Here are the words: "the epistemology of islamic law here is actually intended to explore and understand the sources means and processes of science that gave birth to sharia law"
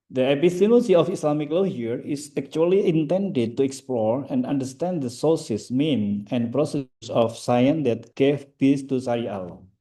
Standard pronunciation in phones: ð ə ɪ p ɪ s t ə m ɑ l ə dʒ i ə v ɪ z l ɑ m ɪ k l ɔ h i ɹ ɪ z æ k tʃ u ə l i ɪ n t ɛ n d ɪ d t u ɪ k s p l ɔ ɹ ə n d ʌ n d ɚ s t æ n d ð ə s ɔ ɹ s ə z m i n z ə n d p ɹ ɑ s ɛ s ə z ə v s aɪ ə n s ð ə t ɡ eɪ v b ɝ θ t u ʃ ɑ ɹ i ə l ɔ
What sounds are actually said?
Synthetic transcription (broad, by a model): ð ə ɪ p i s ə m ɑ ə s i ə f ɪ s l ɑ m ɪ k l ɔ h i ɹ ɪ s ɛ k tʃ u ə l i ɪ n t ɛ n d ɪ d t u ɪ k s p l ɔ ɹ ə n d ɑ n d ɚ s t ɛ n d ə s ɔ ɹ s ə s m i n ə n p ɹ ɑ s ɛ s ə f s aɪ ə n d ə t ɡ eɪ f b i s t u s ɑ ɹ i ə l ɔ